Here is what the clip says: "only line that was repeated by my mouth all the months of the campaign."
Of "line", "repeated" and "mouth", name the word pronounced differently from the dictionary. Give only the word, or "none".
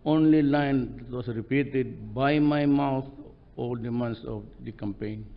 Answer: mouth